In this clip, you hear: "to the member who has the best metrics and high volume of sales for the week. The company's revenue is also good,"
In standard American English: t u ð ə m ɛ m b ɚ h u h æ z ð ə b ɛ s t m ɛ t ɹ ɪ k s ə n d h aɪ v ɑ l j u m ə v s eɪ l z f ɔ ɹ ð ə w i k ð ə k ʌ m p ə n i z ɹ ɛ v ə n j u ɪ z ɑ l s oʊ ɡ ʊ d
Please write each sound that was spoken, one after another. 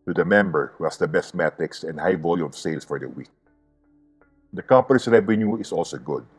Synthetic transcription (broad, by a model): t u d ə m ɛ m b ɚ h u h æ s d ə b ɛ s t m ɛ t ɹ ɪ k s ə n d h aɪ v ɑ l j u m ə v s eɪ l s f ɔ ɹ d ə w i k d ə k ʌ m p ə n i s ɹ ɛ v ə n j u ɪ s ɑ l s oʊ ɡ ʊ d